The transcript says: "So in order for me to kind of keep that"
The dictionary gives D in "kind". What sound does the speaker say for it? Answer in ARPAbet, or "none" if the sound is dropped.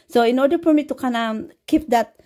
none